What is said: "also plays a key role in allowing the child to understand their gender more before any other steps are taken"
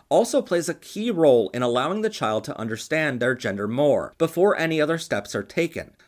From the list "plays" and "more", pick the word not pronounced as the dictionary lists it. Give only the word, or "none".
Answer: none